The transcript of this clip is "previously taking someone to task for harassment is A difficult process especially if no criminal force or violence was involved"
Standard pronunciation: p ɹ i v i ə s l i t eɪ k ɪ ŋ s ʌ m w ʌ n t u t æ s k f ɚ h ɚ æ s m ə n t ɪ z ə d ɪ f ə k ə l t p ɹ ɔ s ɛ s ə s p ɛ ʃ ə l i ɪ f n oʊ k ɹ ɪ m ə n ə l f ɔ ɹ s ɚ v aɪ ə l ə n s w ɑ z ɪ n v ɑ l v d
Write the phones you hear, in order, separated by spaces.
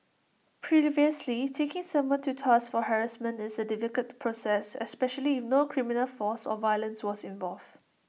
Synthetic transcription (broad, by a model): p ɹ i v i ə s l i t eɪ k ɪ ŋ s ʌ m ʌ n t u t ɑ s f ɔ h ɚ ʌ s m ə n ɪ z ə d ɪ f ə k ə t p ɹ ɔ s ɛ s ə s p ɛ ʃ ə l i ɪ f n oʊ k ɹ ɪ m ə n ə l f ɔ s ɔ v aɪ ə l ə n s w ɑ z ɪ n v ɑ l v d